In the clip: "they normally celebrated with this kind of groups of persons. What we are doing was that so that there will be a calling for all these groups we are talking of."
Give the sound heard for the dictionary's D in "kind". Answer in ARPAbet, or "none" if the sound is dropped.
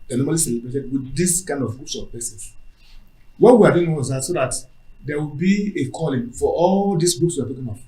D